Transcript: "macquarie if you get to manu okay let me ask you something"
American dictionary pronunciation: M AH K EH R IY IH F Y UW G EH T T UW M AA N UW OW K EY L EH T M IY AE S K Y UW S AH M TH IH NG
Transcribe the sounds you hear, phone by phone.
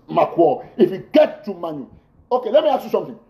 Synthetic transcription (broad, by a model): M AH K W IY IH F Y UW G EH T T UW M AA N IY OW K EY L EH T M IY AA K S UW S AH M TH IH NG